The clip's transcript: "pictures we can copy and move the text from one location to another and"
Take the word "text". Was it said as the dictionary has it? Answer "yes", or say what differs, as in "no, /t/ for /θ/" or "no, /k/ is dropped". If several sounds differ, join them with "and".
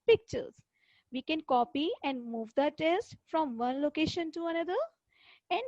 no, /k/ is dropped